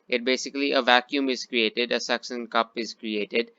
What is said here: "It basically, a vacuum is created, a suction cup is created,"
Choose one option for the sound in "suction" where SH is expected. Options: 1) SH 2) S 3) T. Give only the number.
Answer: 2